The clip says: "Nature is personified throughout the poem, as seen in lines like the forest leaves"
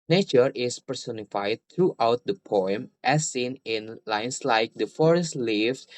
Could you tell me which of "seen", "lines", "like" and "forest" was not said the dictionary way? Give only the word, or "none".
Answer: lines